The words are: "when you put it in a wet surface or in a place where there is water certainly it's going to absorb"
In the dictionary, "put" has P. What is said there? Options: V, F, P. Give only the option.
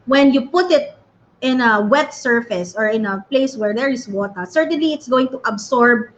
P